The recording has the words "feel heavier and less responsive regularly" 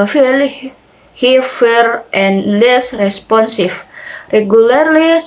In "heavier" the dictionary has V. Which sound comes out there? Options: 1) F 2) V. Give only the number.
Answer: 1